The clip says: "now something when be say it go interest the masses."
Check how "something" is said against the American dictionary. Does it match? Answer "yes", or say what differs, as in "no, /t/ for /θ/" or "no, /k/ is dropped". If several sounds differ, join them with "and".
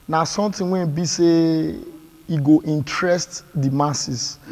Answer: no, /t/ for /θ/